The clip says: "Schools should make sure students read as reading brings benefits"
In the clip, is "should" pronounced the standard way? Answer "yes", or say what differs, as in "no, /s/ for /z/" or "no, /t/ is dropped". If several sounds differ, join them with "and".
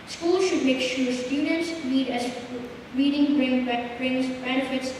yes